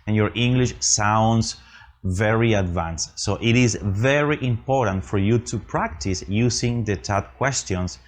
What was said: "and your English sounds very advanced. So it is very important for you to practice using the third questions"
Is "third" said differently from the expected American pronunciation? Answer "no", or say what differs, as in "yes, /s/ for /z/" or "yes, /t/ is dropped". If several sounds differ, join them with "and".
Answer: yes, /t/ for /θ/